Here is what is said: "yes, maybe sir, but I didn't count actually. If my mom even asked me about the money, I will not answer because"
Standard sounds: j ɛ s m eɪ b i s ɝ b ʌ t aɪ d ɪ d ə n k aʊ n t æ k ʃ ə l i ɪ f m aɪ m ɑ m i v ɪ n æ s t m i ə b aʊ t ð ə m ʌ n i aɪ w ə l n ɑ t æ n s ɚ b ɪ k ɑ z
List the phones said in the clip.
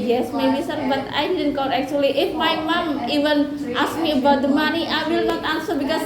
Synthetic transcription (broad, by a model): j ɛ s m eɪ b i s ɝ b ʌ t aɪ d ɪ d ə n k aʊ t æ k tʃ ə l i ɪ f m aɪ m ɑ m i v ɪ n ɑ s m i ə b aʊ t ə m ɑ n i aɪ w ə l n ɑ t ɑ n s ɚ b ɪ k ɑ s